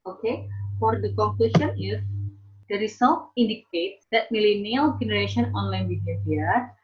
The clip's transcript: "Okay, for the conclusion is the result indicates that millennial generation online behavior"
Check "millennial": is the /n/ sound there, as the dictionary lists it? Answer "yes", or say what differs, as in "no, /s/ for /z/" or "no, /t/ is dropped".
yes